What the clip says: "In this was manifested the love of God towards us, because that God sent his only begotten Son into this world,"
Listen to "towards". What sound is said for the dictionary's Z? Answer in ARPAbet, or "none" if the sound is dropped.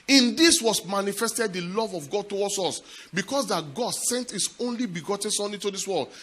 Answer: S